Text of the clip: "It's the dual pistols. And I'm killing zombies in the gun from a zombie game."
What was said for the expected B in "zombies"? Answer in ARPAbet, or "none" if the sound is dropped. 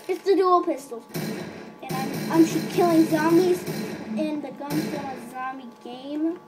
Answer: none